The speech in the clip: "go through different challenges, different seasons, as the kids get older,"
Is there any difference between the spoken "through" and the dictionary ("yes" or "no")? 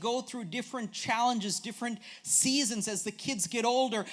no